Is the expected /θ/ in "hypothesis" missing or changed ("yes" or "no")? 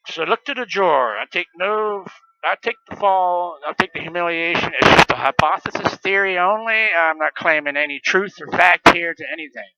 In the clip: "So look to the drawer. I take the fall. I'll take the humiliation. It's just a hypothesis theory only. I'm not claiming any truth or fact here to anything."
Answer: no